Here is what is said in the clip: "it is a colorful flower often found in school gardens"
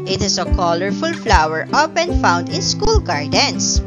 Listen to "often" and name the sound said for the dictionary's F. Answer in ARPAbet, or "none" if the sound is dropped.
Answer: P